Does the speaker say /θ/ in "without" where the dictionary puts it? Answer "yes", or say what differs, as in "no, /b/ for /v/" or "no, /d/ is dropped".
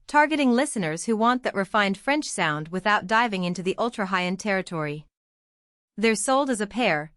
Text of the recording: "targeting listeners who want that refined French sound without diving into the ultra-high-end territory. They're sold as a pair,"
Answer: yes